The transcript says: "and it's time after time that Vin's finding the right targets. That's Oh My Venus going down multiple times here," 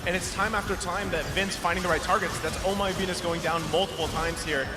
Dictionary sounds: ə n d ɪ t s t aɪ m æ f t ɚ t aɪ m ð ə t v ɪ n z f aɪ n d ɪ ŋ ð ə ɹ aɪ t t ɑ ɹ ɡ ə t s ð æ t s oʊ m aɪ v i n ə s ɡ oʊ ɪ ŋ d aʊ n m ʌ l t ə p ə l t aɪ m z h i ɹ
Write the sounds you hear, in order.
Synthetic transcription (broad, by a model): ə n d ɪ t s t aɪ m æ f t ɚ t aɪ m ð ə t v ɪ n s f aɪ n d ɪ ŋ ð ə ɹ aɪ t t ɑ ɹ ɡ ə t s ð æ t s oʊ m aɪ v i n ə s ɡ oʊ ɪ ŋ d aʊ n m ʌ l t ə p l t aɪ m z h i ɹ